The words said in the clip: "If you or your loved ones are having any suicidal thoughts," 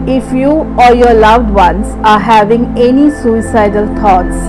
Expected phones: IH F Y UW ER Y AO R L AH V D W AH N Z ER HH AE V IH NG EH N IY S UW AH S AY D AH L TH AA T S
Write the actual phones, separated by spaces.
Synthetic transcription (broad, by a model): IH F Y UW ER Y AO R L AH V D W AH N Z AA HH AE V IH NG EH N IY S UW AH S AY D AH L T AA T S